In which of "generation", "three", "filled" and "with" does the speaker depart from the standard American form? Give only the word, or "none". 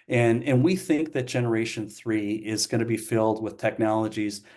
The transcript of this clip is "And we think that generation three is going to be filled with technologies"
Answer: none